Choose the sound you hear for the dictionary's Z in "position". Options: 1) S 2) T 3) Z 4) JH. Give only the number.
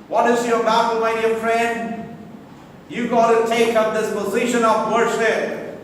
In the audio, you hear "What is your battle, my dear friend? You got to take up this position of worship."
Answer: 3